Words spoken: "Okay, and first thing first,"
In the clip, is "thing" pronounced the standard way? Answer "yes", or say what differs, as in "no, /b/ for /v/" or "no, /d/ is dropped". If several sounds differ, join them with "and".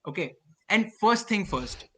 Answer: no, /t/ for /θ/